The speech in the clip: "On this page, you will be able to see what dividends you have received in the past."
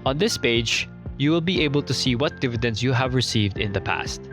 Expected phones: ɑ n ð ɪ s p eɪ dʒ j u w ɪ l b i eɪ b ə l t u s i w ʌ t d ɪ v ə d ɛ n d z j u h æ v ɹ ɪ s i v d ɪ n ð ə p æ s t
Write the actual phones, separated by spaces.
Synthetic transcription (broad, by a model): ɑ n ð ɪ s p eɪ dʒ j u w ɪ l b i eɪ b ə l t u s i w ʌ t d ɪ v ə d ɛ n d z j u h æ v ɹ ɪ s i v d ɪ n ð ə p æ s t